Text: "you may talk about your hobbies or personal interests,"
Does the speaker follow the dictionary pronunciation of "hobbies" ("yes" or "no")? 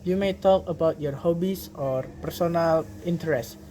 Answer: no